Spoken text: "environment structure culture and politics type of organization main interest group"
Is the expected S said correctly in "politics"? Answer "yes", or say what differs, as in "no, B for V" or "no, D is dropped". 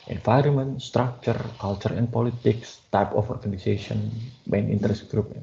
yes